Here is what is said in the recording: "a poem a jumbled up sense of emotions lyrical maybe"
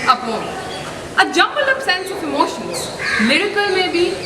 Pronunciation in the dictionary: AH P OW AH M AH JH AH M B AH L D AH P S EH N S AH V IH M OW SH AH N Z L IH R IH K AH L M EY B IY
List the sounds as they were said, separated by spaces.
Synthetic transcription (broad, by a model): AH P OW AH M AH JH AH M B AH L AH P S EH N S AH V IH M OW SH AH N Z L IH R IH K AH L M EY B IY